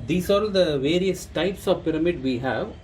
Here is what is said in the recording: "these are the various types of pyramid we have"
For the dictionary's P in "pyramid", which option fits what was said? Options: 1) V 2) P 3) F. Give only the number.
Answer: 2